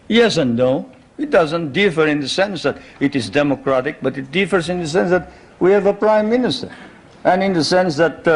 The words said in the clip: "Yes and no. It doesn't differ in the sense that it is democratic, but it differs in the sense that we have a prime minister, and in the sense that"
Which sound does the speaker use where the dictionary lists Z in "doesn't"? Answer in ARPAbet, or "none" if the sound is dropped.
Z